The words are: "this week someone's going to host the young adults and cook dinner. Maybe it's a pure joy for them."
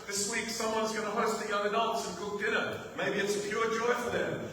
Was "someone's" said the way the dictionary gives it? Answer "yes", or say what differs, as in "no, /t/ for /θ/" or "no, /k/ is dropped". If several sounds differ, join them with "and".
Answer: yes